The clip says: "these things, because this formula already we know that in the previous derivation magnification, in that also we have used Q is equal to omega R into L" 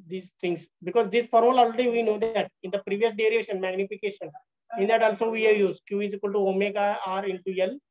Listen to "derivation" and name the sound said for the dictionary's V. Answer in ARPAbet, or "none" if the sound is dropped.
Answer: none